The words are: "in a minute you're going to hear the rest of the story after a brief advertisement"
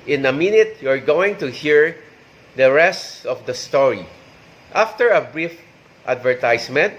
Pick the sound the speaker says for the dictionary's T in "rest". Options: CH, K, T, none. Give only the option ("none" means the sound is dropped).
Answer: T